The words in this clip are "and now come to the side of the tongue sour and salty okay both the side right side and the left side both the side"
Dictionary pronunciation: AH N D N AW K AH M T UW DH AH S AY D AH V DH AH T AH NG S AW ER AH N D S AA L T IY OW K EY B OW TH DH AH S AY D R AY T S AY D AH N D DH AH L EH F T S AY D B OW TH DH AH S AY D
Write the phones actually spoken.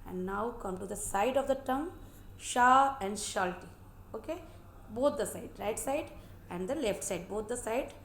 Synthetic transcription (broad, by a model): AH N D N AW K AH M T UW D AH S AY D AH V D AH T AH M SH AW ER AH N D SH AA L T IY OW K EY B OW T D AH S AY D R AY T S AY D AH N D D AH L EH F T S AY D B OW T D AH S AY D